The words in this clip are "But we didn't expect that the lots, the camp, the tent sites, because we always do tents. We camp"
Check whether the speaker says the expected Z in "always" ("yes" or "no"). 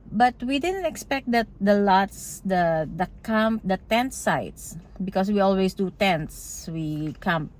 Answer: no